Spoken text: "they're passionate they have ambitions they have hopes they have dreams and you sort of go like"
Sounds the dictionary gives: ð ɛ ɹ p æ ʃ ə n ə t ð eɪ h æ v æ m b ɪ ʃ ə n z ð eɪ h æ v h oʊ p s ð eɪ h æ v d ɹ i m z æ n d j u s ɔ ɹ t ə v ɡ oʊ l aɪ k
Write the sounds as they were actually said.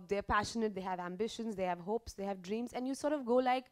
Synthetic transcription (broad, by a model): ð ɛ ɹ p æ ʃ ə n ə t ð eɪ h æ v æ m b ɪ ʃ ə n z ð eɪ h æ v h oʊ p s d eɪ h æ v d ɹ i m z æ n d j u s ɔ ɹ t ə v ɡ oʊ l aɪ k